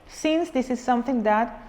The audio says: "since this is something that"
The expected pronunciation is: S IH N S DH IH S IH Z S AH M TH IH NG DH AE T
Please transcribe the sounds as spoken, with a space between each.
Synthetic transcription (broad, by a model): S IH N S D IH S IH Z S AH M T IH NG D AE T